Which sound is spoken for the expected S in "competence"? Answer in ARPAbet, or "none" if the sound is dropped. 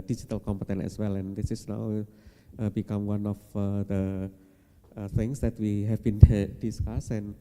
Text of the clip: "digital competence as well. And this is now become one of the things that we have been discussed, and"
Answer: none